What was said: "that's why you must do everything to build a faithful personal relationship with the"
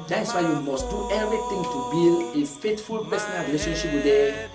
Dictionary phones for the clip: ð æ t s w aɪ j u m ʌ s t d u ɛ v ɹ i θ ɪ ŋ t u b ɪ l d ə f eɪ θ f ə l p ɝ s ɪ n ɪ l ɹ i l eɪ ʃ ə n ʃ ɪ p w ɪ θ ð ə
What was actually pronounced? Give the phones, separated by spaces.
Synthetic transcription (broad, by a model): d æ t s w aɪ j u m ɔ s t d u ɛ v ɹ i t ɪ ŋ t u b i l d ə f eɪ t f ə l p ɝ s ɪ n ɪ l ɹ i l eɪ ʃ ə n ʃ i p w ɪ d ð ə